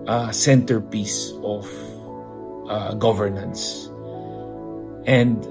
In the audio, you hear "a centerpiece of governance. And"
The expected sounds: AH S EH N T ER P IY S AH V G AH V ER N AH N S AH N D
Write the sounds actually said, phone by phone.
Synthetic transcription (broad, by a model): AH S EH N T ER P IY S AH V G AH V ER N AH N S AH N D